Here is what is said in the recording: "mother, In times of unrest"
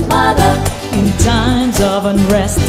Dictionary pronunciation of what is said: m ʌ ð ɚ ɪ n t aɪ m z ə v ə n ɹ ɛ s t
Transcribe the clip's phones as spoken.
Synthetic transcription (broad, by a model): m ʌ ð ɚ ɪ n t aɪ m z ə v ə n ɹ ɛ s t